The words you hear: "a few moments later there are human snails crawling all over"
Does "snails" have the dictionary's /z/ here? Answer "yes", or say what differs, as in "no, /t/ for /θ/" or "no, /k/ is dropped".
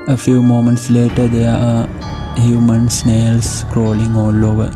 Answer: no, /s/ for /z/